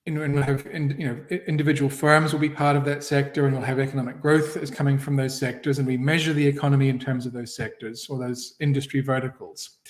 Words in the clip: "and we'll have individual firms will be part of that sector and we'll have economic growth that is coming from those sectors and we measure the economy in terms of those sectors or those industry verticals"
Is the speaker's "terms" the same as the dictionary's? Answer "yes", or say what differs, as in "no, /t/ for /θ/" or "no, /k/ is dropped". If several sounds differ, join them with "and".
yes